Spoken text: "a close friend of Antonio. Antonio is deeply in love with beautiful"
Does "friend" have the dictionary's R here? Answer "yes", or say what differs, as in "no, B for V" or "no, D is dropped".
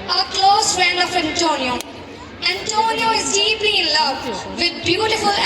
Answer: no, R is dropped